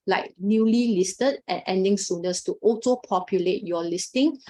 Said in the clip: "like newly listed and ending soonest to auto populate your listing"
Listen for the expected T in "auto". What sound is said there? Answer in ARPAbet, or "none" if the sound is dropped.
S